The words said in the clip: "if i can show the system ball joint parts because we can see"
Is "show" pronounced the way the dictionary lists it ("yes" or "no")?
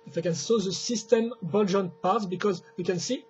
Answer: no